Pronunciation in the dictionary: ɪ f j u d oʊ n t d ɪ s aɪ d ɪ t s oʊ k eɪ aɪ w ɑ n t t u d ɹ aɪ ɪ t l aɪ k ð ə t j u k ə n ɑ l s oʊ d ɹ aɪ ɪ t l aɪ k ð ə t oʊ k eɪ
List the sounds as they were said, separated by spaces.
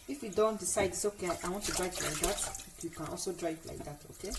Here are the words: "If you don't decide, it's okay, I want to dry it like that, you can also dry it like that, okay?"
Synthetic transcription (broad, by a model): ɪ f j u d oʊ n t d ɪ s aɪ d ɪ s oʊ k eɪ aɪ w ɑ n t t u d ɹ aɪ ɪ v l aɪ k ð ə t j u k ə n ɑ l s oʊ d ɹ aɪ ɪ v l aɪ k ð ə t oʊ k eɪ